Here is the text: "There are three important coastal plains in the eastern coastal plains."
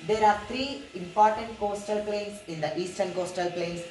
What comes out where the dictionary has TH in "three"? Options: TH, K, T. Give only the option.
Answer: T